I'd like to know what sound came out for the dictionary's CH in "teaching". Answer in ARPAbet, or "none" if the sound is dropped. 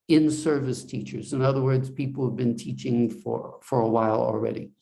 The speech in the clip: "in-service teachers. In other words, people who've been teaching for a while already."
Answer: CH